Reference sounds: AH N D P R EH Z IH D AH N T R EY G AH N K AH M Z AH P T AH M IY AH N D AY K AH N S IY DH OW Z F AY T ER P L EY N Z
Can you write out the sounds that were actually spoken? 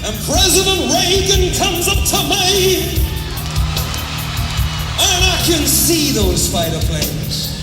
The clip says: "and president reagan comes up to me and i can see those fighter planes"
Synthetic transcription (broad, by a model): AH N P R EH Z IH D AH N T R EY G AH N K AH M Z AH P T AH M IY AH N AY K AH N S IY DH OW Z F AY T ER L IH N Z